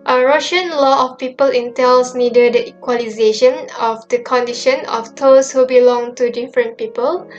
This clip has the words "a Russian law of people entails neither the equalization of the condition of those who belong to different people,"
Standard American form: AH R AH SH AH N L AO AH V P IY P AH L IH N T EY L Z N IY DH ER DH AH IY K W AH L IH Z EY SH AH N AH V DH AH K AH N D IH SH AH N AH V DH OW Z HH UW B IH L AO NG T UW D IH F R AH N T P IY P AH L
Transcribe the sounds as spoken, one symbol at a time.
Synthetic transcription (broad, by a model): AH R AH SH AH N L AO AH F P IY P AH L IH N T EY L S N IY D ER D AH IY K W AH L IH Z EY SH AH N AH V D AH K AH N D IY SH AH N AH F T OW S HH UW B IH L AO NG T UW D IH F R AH N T P IY P AH L